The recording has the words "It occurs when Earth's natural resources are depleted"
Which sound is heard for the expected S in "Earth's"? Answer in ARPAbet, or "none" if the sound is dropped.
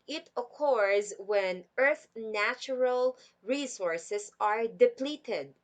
none